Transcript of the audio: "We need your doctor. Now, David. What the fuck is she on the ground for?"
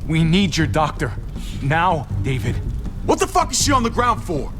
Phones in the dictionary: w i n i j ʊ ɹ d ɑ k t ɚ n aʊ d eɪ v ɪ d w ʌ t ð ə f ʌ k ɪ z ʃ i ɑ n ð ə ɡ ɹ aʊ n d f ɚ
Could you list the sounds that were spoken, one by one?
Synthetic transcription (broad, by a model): w i n i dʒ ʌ ɹ d ɑ k t ɚ n aʊ d eɪ v ɪ d w ʌ t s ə f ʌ k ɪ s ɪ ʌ n ð ə ɡ ɹ aʊ n d f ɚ